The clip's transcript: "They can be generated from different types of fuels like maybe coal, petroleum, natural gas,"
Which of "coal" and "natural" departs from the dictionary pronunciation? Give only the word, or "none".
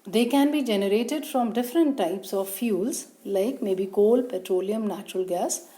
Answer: none